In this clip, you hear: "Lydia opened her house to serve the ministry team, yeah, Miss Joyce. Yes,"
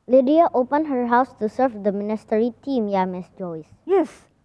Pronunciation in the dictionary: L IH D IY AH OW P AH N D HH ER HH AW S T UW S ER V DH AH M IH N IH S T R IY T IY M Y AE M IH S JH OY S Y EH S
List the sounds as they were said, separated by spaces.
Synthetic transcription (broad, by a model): L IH D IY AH OW P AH N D HH ER HH AW S T UW S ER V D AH M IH N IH S T R IY T IY M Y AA M IH S JH OY S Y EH S